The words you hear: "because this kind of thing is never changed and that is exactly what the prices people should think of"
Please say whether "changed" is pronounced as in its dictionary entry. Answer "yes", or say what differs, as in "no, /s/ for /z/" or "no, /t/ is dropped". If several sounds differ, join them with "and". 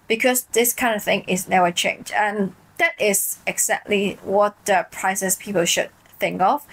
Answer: no, /d/ is dropped